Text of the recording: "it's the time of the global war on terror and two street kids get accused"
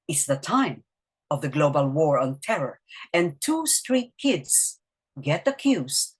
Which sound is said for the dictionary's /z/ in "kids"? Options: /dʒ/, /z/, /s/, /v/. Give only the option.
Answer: /s/